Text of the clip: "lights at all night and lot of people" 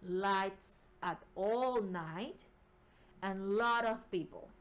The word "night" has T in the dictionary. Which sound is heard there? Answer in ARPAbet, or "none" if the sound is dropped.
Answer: T